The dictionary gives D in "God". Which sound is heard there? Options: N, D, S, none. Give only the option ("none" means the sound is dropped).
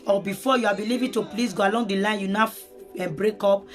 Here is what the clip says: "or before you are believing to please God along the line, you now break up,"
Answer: none